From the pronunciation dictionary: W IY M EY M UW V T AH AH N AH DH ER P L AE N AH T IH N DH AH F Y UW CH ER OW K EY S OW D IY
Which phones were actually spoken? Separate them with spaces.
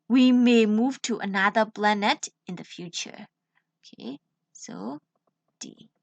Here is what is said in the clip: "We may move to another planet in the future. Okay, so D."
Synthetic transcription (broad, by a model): W IY M EY M UW V T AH AH N AH DH ER B L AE N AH T IH N DH AH F Y UW CH ER OW K EY S OW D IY